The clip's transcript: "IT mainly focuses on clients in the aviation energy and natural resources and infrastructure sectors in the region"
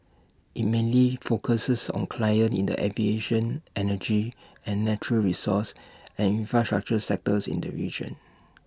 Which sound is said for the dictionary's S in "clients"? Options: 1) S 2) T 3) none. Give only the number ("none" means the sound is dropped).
3